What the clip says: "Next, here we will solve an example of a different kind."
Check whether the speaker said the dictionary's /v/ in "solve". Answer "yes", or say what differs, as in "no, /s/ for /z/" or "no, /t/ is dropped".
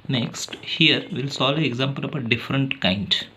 no, /v/ is dropped